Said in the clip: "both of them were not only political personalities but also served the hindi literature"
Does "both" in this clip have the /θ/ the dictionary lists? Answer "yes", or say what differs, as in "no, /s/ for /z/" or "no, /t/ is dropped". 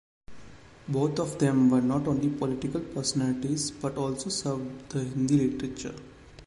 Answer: no, /t/ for /θ/